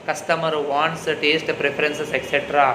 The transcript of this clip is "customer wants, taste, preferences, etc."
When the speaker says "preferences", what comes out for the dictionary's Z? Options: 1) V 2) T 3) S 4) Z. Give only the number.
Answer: 3